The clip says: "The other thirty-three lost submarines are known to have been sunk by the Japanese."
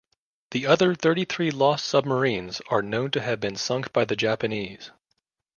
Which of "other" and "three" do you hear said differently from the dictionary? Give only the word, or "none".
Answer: none